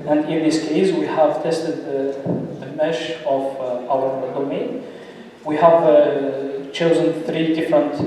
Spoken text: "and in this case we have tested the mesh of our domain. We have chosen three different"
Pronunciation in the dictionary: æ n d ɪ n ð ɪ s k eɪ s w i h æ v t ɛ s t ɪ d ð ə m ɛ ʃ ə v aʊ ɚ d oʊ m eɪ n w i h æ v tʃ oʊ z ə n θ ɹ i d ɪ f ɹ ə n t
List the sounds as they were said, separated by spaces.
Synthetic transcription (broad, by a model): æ n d ɪ n ð ɪ s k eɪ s w i h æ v t ɛ s t ɪ d ð ə m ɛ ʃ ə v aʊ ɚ d oʊ m eɪ n w i h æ v tʃ oʊ z ə n θ ɹ i d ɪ f ɹ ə n t